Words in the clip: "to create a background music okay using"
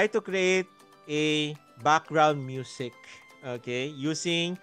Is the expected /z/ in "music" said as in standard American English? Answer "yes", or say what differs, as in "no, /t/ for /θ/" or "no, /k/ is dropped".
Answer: no, /s/ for /z/